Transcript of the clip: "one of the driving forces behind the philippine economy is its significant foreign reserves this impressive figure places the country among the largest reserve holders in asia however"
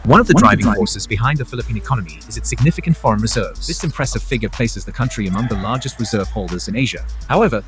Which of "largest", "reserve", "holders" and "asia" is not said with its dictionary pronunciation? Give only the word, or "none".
none